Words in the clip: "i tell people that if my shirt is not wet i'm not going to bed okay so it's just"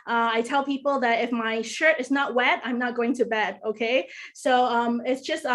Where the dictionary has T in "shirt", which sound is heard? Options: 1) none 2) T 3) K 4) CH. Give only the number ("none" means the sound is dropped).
2